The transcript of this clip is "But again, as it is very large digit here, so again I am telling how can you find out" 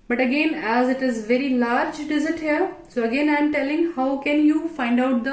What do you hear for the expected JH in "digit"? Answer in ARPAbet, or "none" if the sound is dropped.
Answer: Z